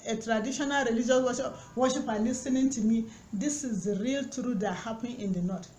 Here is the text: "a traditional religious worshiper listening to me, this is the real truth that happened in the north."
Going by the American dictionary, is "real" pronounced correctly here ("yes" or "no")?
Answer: yes